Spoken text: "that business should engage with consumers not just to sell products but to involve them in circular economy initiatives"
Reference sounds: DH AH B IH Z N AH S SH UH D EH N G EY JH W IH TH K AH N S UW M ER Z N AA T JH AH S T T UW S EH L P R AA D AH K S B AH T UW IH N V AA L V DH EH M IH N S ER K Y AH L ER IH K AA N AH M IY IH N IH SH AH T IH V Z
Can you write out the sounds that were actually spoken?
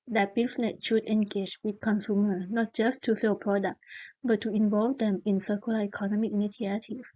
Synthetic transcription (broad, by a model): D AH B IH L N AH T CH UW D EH N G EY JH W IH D K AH N S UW M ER N AA T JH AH S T T UW S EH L P R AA D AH K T B AH T UW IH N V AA L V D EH M IH N S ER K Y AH L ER IH K AA N AH M IY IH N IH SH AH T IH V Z